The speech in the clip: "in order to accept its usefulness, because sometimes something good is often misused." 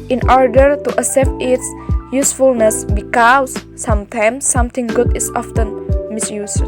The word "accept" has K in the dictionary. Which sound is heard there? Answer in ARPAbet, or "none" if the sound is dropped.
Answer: none